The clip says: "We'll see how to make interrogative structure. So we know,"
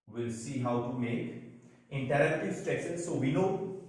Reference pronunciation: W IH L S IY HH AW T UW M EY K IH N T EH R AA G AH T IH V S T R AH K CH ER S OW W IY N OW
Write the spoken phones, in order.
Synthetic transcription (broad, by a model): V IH L S IY HH AW T UW M EY K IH N T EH R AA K T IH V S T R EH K S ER S OW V IY N OW